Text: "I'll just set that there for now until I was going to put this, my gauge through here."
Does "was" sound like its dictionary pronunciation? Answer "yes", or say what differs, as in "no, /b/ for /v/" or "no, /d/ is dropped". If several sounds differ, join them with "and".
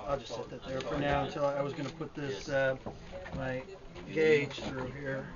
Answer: yes